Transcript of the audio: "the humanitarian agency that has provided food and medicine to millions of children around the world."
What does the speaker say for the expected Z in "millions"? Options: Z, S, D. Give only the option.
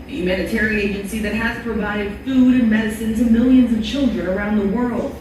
Z